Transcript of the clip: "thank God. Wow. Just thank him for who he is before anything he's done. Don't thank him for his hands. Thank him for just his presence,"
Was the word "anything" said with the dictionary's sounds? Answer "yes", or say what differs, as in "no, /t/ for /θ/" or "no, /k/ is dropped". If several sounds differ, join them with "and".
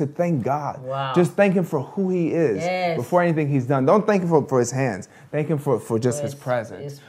yes